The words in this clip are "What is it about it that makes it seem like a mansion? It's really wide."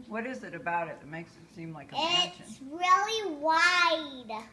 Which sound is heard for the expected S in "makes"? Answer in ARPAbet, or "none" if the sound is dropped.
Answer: S